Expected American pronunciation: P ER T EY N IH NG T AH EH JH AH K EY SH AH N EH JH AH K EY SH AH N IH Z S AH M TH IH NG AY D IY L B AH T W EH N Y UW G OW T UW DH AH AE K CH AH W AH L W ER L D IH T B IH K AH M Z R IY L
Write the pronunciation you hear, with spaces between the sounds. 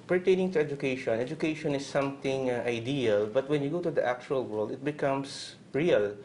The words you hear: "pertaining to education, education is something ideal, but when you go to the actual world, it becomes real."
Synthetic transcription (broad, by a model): P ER T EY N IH NG T AH EH JH AH K EY SH AH N EH JH AH K EY SH AH N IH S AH M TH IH NG AY D IY L B AH T W EH N Y UW G OW T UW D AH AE K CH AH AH L W ER L D IH T B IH K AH M S R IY L